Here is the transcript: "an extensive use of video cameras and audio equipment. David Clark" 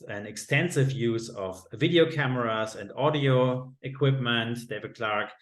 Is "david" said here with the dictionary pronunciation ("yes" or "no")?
yes